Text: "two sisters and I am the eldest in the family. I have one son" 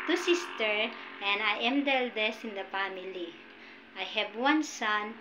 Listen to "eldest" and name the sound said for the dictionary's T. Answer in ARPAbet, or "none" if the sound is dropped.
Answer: none